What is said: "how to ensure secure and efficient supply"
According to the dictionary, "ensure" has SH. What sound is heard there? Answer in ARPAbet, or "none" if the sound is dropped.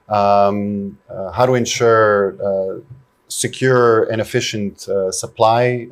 SH